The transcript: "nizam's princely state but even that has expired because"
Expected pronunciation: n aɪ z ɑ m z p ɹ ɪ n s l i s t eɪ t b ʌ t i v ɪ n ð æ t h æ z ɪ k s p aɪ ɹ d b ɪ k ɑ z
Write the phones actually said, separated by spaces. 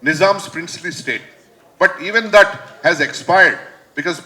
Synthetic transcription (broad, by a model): n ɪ z ɑ m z p ɹ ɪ n s l i s t eɪ t b ʌ t i v ɪ n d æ t h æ z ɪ k s p aɪ ɹ d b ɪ k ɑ z